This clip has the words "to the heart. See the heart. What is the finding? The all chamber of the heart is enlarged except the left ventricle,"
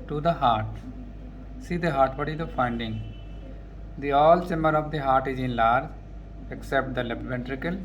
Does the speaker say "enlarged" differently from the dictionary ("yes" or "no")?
yes